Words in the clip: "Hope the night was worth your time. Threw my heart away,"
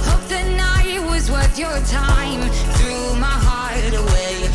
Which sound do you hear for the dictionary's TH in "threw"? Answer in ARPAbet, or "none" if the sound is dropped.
TH